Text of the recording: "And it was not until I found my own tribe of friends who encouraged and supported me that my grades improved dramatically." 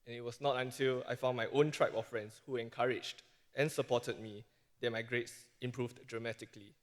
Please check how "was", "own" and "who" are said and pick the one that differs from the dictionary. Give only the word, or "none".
was